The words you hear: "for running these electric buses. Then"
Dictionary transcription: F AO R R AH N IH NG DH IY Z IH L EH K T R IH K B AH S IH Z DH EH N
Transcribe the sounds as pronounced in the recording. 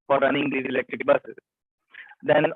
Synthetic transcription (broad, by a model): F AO R R AH N IH NG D IY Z IH L EH K T R IH K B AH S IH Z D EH N